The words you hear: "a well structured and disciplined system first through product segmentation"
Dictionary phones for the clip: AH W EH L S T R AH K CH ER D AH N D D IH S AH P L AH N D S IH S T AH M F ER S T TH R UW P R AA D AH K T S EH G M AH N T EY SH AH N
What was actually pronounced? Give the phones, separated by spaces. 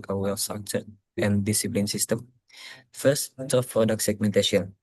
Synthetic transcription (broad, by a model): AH W EH L S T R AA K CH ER AH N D D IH S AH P L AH N S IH S T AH M F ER S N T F P R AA D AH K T S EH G M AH N T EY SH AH N